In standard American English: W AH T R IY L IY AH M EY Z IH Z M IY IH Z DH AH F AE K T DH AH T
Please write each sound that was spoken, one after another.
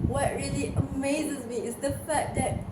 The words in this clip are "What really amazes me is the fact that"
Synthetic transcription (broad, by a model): W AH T R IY L IY AH M EY Z IH Z M IY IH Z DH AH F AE T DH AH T